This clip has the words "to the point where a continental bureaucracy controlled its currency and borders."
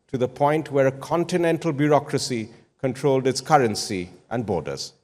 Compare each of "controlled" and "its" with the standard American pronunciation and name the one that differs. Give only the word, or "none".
none